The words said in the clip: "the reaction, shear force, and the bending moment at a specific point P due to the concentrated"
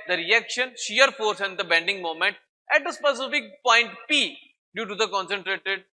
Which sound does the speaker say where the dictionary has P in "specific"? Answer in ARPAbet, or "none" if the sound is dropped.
P